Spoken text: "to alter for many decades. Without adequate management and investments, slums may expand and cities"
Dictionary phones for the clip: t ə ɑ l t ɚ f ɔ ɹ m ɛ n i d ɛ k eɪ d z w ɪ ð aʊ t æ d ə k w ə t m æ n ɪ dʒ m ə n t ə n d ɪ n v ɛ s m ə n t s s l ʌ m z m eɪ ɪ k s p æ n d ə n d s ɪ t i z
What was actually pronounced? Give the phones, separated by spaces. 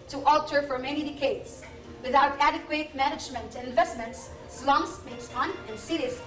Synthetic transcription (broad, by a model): t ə ɑ l t ɚ f ɔ ɹ m ɛ n i d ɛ k eɪ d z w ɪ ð aʊ t æ d ə k w ə t m æ n ɪ dʒ m ə n t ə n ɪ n v ɛ s m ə n t s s l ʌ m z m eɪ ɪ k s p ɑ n ə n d s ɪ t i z